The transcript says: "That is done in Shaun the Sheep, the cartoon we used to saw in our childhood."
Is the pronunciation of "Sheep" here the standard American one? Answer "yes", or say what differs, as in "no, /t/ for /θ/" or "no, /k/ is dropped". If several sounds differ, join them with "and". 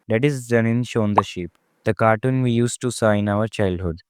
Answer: yes